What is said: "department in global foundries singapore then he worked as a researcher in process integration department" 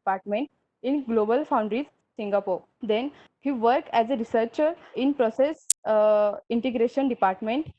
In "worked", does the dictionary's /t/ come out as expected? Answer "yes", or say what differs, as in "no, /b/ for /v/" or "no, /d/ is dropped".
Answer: no, /t/ is dropped